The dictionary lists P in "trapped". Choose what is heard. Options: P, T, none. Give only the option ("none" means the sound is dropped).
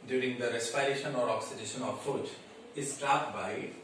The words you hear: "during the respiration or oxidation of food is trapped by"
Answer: none